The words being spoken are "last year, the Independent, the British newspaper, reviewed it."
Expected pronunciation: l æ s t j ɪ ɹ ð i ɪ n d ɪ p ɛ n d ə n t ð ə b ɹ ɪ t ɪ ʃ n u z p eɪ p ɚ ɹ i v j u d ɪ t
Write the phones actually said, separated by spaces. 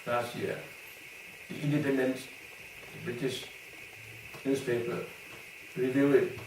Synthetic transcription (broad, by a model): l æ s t j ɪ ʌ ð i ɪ n d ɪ p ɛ n d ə n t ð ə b ɹ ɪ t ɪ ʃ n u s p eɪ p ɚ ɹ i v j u ɪ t